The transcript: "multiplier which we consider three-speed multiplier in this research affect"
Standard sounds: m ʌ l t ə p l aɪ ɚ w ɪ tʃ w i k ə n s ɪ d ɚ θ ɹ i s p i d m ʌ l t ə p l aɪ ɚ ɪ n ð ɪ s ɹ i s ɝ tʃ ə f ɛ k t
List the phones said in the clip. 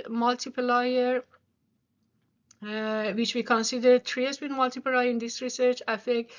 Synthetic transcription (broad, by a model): m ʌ l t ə p l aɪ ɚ w ɪ tʃ w i k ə n s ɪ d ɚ t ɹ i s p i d m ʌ l t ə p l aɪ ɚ ɪ n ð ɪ s ɹ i s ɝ tʃ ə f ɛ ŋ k